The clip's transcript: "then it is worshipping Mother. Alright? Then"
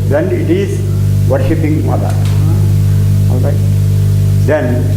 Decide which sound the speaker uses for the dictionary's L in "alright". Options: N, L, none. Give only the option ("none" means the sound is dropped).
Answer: L